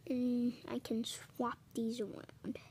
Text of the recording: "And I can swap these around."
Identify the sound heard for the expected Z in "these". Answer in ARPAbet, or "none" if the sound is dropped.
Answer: Z